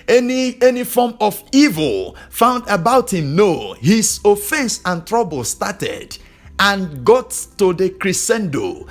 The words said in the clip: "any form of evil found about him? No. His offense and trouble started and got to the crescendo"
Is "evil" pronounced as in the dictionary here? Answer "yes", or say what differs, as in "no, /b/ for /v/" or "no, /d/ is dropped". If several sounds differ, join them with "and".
yes